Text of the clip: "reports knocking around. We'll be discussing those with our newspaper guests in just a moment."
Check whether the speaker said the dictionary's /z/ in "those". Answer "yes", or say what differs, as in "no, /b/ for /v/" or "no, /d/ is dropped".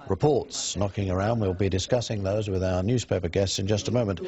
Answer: yes